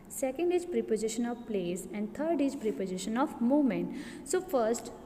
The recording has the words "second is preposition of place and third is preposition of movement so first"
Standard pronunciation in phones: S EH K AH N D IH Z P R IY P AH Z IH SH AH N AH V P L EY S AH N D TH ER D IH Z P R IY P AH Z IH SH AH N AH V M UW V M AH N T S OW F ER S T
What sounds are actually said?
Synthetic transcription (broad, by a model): S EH K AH N D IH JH P R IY P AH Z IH SH AH N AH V P L EY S AH N D T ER D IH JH P R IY P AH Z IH SH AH N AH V M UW M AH N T S OW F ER S T